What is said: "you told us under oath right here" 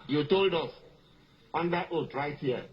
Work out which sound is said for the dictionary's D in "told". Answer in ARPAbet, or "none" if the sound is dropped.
D